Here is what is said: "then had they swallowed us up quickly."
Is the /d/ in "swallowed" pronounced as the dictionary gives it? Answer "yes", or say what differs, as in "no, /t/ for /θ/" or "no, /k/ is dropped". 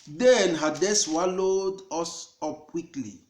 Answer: yes